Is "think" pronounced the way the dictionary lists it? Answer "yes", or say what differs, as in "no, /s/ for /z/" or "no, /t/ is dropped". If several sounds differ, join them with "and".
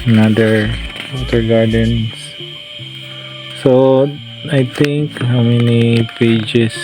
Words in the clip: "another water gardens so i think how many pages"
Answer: no, /t/ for /θ/